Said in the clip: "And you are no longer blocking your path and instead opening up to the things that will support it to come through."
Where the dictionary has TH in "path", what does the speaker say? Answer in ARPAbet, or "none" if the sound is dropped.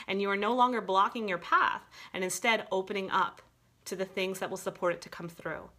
TH